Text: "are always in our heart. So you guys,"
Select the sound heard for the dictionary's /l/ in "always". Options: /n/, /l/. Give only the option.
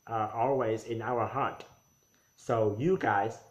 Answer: /l/